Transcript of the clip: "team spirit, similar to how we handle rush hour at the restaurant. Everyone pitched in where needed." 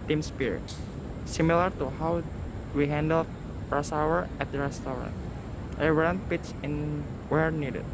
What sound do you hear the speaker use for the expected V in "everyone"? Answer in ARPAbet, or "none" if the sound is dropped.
none